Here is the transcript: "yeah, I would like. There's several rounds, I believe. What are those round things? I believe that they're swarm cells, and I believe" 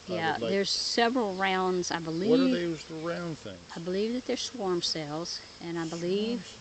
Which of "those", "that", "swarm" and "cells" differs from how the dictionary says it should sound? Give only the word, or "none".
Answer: those